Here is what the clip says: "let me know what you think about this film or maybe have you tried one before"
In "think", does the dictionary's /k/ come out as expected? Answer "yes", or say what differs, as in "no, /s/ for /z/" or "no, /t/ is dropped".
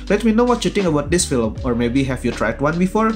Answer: no, /k/ is dropped